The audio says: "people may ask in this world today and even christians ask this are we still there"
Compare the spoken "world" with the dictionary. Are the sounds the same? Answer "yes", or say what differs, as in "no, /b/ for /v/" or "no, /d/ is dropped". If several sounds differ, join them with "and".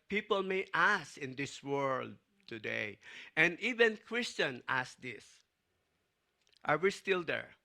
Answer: yes